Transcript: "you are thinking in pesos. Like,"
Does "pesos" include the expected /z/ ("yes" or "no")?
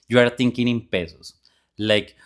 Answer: no